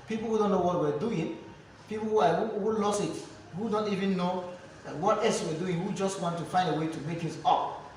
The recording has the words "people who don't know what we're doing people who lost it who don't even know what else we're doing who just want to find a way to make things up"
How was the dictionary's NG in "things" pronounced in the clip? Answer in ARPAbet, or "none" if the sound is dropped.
none